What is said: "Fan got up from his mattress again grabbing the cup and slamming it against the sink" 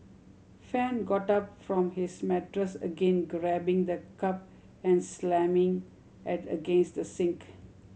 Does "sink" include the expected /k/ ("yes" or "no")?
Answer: yes